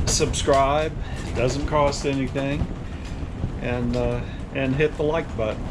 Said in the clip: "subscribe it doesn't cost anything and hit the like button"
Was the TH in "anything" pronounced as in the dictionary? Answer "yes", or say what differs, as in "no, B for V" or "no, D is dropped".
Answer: yes